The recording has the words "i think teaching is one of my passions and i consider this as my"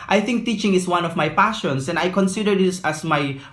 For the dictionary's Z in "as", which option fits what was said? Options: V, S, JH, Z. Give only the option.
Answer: S